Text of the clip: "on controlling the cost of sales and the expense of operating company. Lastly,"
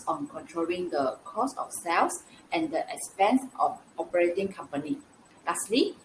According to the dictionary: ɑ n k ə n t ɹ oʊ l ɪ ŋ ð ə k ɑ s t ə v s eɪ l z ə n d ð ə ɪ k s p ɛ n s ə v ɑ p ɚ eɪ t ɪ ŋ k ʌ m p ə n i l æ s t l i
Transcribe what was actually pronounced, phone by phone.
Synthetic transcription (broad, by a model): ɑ n k ə n t ɹ oʊ l ɪ ŋ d ə k ɑ s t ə f s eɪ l s ə n d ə ɪ k s p ɛ n s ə f ɑ p ɚ eɪ t ɪ ŋ k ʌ m p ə n i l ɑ s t l i